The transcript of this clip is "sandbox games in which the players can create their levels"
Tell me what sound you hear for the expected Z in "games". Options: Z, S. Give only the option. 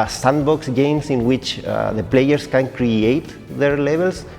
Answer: S